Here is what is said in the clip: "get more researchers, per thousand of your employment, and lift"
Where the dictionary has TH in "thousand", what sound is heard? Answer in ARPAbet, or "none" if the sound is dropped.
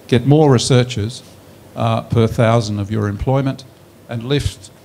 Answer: TH